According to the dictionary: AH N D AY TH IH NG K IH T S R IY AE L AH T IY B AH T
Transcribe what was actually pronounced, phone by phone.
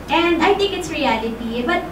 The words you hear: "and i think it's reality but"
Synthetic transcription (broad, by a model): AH N D AY T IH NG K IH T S R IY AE L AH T IY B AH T